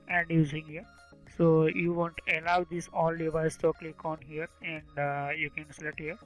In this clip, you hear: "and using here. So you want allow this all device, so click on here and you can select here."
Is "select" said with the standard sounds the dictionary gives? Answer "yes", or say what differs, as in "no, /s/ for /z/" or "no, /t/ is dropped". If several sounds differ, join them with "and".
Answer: no, /k/ is dropped